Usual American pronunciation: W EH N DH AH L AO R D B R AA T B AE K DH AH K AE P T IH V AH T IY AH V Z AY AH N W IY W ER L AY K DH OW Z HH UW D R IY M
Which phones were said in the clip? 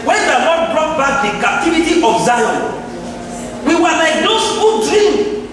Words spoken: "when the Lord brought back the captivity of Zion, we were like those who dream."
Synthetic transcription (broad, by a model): W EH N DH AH N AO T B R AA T B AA K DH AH K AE P T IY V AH T IY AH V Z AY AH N W IY W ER L AY K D OW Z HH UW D R IY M